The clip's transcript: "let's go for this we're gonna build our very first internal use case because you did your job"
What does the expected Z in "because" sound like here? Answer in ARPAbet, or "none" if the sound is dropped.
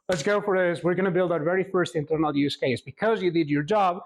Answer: Z